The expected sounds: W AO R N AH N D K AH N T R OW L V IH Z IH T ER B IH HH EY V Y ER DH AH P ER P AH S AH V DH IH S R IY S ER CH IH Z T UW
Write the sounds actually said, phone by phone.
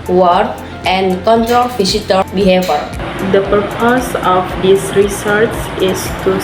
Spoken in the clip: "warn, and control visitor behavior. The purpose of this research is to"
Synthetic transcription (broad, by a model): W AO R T AH N D K AH N T R OW L F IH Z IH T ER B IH HH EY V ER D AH P ER P AH S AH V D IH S R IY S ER S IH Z T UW